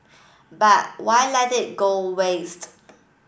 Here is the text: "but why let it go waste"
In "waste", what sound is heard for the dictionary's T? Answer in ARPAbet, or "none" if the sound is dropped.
T